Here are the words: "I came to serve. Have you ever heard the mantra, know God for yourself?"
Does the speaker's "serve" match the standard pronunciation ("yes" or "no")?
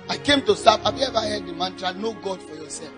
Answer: no